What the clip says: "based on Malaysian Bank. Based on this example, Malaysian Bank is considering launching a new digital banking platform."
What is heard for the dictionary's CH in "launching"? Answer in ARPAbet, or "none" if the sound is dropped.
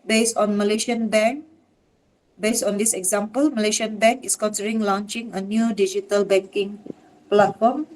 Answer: CH